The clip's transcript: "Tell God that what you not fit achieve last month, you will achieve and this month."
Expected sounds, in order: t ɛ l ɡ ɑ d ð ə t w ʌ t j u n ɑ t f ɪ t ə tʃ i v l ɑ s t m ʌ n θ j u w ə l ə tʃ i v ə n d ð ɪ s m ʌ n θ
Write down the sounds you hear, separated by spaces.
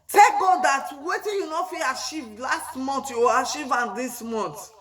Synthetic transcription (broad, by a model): t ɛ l ɡ ɑ d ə t w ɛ t j u n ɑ f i ə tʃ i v l ɑ s t m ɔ n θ j u w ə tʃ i v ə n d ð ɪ s m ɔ n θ